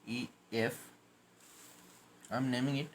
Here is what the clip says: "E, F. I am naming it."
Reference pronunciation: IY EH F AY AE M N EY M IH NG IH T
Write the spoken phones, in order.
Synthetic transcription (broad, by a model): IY EH F AY M N EY M IH NG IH T